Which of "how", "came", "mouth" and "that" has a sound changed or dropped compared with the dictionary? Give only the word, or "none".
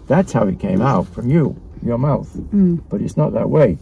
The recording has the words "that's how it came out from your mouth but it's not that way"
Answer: none